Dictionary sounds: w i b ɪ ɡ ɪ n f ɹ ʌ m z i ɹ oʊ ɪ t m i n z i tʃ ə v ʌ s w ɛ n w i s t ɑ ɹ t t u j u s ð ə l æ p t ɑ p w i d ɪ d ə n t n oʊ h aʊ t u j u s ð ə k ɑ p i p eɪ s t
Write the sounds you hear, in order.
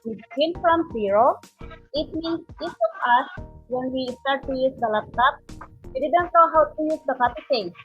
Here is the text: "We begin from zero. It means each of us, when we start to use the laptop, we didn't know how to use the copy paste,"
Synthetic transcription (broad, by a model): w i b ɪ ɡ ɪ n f ɹ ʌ m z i ɹ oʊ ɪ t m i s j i s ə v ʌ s w ɛ n w i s t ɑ ɹ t t u j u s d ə l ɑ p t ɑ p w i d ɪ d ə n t n oʊ h aʊ t u j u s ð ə k ɑ p i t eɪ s